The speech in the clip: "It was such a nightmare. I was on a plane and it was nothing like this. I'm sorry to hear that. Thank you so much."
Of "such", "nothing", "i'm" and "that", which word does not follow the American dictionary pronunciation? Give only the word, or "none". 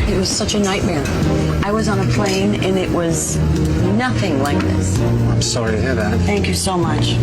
none